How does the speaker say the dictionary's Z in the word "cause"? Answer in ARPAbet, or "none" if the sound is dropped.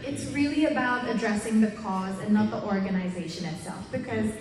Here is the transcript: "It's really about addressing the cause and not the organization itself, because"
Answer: Z